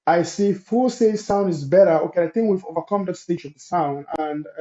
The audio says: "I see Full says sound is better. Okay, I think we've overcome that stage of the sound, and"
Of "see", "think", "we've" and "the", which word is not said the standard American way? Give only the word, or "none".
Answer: none